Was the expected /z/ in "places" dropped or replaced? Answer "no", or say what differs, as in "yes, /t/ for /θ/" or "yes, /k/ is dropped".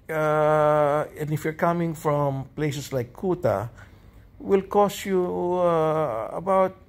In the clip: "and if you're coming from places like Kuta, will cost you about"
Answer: yes, /s/ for /z/